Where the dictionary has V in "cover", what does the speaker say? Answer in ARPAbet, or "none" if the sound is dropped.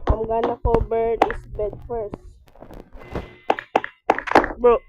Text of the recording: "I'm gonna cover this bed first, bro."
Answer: B